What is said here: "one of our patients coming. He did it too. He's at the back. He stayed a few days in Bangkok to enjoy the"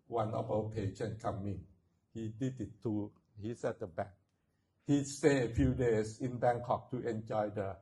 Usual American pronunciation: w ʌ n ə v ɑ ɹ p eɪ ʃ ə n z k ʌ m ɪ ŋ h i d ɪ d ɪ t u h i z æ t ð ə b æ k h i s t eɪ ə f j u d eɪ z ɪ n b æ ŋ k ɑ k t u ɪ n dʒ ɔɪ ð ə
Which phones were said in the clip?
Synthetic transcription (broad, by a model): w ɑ n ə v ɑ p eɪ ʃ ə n k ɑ m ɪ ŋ h i d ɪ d ɪ t u h i s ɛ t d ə b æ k h i s t eɪ ə f j u d eɪ s ɪ n b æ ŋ k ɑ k t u ɪ n dʒ ɔɪ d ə